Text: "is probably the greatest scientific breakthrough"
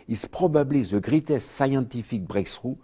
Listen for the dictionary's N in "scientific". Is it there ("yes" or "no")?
no